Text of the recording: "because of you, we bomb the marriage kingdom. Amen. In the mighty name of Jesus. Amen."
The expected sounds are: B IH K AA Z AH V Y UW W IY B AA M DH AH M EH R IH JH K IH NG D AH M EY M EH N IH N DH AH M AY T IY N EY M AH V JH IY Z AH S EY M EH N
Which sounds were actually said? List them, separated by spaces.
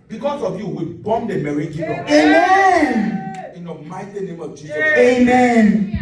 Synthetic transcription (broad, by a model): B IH K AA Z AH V Y UW W IY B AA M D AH M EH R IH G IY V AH EY M EH N IH N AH M AY T IY N EY M AH V JH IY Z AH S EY M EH N